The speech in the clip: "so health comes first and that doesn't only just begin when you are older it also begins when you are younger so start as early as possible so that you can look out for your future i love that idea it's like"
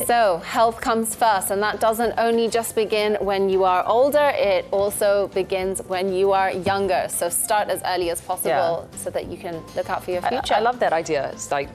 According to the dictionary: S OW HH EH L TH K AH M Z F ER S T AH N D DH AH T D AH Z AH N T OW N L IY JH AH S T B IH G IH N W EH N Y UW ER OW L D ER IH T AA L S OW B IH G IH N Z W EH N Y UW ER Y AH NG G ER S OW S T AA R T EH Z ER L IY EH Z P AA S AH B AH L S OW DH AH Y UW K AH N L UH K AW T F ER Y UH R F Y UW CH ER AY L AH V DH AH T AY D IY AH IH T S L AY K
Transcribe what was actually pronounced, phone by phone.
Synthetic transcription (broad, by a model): S OW HH EH L TH K AH M Z F ER S T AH N DH AH T D AH Z AH N T OW N L IY JH AH S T B IH G IH N W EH N Y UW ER OW L D ER IH T AA L S OW B IH G IH N Z W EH N Y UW ER Y AH NG G ER S OW S T AA R T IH Z ER L IY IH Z P AA S AH B AH L S OW DH AH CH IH K AH N L UH K AW T F ER Y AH R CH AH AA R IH L AH V DH AH T AY D IY AH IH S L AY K